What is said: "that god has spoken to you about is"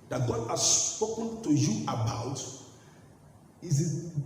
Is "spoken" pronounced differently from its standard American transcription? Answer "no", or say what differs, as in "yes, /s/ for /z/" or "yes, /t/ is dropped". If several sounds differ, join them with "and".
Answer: no